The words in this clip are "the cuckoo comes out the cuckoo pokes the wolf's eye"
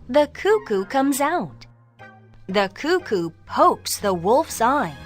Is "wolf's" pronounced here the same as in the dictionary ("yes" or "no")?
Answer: yes